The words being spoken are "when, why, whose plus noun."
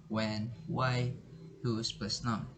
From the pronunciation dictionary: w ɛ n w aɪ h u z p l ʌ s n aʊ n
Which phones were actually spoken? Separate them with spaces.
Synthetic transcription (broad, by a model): w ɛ n w aɪ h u s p ʌ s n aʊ